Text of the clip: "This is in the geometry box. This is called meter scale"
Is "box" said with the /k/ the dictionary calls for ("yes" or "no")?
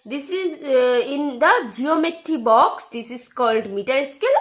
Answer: yes